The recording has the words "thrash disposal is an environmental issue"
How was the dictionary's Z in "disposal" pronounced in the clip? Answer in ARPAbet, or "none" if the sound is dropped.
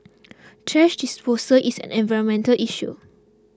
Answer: S